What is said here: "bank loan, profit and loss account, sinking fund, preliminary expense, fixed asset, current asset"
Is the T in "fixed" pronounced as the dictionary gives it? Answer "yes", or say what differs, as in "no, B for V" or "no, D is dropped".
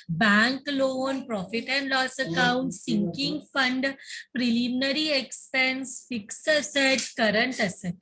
no, T is dropped